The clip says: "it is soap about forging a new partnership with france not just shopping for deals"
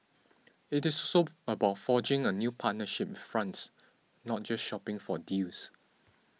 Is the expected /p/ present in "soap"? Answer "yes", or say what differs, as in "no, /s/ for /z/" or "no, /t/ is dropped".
no, /p/ is dropped